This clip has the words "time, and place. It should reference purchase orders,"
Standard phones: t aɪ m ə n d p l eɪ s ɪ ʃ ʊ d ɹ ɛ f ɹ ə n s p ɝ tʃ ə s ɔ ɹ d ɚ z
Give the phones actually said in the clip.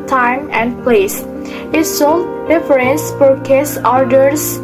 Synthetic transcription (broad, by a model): t aɪ m ə n d p l eɪ s ɪ s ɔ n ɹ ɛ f ɹ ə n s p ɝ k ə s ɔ ɹ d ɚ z